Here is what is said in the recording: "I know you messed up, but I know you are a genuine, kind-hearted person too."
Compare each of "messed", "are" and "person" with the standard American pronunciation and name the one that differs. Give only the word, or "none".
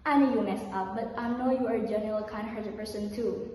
messed